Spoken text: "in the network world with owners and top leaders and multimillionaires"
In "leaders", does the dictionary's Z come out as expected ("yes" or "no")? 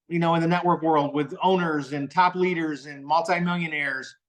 yes